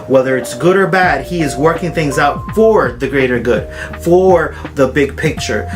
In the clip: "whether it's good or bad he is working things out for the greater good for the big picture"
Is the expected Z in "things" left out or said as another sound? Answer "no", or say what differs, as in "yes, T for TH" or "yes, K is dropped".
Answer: no